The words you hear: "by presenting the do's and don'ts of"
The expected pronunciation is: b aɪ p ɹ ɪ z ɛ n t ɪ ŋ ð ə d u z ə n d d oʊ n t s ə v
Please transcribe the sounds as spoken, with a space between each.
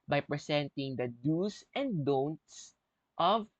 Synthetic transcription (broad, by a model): b aɪ p ɹ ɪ s ɛ n t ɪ ŋ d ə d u s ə n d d oʊ n t s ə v